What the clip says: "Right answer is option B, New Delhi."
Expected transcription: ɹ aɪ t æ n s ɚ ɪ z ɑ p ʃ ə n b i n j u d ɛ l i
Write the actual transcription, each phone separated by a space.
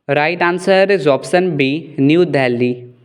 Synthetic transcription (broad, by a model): ɹ aɪ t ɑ n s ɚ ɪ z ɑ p s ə n b i n j u d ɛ l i